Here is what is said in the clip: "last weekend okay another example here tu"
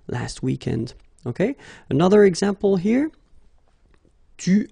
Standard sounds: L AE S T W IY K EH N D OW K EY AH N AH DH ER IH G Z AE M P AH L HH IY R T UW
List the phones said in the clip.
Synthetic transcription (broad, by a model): L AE S T W IY K EH N D OW K EY AH N AH DH ER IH G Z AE M P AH L HH IY R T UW